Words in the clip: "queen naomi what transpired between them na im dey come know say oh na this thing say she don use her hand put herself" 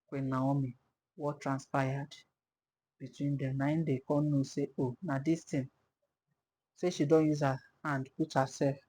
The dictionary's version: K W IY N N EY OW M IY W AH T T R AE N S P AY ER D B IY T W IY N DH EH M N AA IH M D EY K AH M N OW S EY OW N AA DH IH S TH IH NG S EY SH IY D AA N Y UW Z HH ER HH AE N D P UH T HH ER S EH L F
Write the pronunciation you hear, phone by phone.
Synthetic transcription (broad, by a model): K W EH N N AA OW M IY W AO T T R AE N S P AY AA D B IY T W IY N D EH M N AA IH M D EY K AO N OW S EY OW N AA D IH S T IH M S EY SH IY D AA N Y UW Z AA HH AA N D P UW T HH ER S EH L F